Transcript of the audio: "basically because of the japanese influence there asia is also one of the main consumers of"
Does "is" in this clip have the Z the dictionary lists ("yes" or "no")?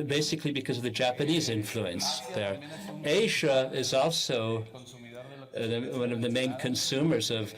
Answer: yes